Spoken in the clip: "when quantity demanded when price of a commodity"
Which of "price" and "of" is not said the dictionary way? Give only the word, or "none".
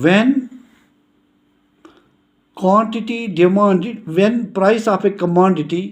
of